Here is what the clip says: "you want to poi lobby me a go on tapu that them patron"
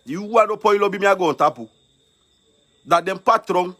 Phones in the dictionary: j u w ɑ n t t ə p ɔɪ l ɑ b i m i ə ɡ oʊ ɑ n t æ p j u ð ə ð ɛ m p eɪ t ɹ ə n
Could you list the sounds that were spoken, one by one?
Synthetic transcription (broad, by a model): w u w ɑ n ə p ɔɪ l ɑ b i m i ə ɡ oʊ ɑ n t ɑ p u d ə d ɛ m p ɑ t ɹ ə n